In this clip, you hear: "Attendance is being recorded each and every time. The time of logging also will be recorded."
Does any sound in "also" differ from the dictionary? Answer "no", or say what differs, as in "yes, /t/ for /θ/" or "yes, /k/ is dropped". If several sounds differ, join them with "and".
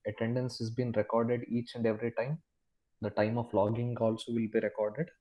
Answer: no